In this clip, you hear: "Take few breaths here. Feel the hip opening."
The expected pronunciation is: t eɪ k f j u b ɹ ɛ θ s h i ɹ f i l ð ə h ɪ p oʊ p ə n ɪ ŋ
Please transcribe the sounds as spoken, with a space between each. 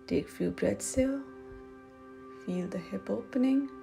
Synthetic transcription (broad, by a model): t eɪ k f j u b ɹ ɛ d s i l f i l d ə h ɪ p oʊ p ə n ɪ ŋ